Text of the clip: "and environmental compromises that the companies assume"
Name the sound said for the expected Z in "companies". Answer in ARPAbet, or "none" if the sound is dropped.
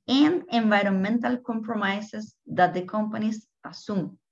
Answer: S